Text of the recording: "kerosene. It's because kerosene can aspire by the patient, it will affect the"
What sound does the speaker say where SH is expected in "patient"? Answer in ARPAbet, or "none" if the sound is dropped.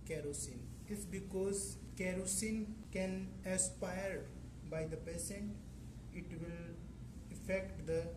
S